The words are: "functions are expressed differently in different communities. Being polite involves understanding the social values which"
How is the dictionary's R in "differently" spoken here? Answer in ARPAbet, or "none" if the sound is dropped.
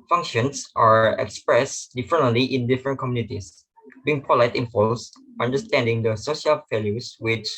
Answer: none